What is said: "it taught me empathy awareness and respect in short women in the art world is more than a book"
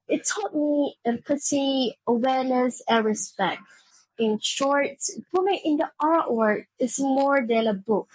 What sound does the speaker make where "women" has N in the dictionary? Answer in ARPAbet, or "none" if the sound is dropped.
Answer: none